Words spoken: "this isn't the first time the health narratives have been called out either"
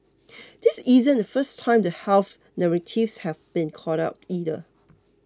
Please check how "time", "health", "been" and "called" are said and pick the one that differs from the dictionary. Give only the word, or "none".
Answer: called